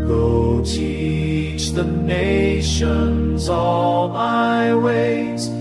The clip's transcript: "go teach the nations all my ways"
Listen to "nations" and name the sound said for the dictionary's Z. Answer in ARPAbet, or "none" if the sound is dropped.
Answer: Z